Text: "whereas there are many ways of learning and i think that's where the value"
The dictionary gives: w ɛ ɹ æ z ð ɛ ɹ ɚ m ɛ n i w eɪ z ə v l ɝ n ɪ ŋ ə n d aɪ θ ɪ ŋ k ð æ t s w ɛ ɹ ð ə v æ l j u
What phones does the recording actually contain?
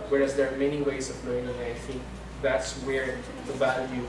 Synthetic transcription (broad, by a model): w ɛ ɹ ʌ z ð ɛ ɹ m ɛ n i w eɪ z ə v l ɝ ɪ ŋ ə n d aɪ θ ɪ ŋ k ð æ t s w ɛ ɹ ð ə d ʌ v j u